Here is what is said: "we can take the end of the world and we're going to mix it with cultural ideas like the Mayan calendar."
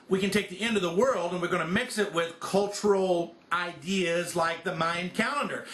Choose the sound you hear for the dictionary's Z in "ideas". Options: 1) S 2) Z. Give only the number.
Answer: 2